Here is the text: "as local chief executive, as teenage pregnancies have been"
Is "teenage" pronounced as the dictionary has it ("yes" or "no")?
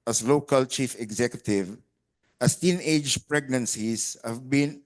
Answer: yes